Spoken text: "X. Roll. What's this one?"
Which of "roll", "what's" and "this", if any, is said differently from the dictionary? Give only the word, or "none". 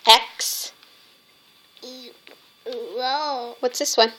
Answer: roll